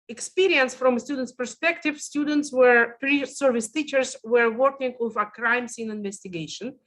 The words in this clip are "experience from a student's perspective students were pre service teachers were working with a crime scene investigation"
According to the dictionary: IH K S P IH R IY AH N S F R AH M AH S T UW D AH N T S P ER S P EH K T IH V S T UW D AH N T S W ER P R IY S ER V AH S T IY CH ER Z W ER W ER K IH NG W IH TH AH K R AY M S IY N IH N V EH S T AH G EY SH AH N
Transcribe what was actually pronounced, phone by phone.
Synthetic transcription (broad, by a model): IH K S P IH R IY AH N S F R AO M S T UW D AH N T S P ER S P EH K T IH V S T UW D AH N T S W ER P R IY S ER V AH S T IY CH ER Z W ER W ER K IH NG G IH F AH K R AY M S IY N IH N V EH S T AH G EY SH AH N